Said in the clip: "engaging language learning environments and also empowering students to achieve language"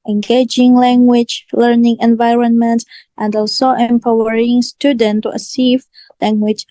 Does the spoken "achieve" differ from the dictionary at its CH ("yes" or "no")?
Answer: yes